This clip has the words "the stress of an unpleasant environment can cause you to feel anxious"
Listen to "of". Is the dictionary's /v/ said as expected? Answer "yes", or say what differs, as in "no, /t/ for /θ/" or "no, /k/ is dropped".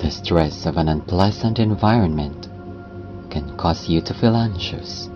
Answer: yes